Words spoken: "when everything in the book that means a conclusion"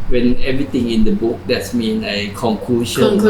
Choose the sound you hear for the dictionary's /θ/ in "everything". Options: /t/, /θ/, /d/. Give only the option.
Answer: /t/